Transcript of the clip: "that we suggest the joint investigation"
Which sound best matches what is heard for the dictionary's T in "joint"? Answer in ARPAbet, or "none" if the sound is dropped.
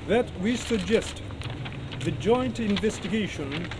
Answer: T